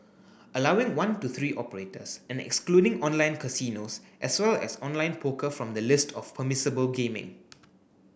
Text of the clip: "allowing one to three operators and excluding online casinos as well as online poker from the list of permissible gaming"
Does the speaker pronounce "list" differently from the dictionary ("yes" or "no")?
no